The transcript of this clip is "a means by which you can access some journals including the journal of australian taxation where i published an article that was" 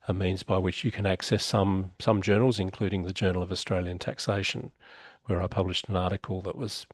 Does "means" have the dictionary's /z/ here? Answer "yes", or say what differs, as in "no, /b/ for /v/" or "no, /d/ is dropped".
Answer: yes